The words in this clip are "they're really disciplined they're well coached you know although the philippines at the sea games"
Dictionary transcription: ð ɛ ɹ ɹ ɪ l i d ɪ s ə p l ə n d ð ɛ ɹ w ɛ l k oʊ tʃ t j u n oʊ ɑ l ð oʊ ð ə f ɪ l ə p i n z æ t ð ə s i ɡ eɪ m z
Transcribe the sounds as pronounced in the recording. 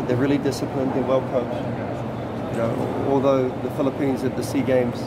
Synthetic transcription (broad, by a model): ð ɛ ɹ ɹ ɪ l i d ɪ s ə p l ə n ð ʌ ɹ w ɛ l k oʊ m j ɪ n oʊ ɑ l ð oʊ ð ə f ɪ l ə p i n z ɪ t ð ə s i ɡ eɪ m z